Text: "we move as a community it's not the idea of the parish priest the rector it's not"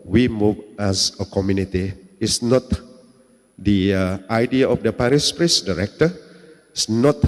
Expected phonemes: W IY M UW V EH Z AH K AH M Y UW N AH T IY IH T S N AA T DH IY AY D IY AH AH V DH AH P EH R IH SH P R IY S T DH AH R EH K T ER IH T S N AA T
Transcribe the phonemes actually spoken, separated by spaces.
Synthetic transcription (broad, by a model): W IY M UW V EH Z AH K AH M Y UW N AH T IY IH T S N AA T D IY AY D IY AH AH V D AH P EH R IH S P R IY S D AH R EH K T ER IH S N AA T